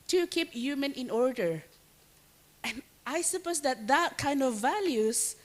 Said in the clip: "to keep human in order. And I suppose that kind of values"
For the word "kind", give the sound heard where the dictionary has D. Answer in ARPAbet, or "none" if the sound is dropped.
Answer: D